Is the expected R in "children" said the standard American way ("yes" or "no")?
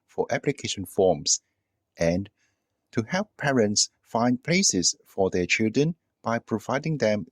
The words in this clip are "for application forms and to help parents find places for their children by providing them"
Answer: yes